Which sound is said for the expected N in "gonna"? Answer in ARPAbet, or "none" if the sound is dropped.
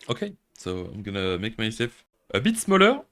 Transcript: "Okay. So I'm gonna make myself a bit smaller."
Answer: N